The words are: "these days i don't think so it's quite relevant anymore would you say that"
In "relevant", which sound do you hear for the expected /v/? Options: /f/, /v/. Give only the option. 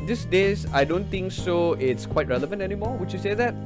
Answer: /v/